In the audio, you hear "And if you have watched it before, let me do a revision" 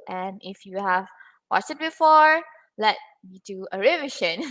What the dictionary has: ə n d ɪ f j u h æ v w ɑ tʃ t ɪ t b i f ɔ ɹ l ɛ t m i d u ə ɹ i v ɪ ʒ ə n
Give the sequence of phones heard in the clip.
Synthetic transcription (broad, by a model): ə n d ɪ f j u h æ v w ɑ s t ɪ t b i f ɔ ɹ l ɛ t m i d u ə ɹ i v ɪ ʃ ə n